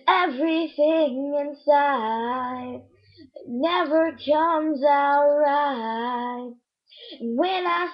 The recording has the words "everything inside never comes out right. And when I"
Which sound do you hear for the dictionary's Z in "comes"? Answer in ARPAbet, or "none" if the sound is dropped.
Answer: Z